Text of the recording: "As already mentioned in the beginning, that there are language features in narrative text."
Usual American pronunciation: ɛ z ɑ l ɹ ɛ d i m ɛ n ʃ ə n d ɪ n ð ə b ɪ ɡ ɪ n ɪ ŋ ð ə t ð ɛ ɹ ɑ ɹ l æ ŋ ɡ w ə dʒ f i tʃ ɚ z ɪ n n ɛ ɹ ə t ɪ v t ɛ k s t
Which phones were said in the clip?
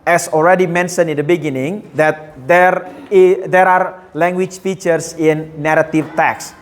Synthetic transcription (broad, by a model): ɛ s ɑ l ɹ ɛ d i m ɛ n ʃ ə n ɪ n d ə b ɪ ɡ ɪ n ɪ ŋ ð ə t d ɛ ɹ ɑ ɹ l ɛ ŋ ɡ w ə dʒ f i tʃ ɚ s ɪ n n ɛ ɹ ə t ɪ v t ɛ k s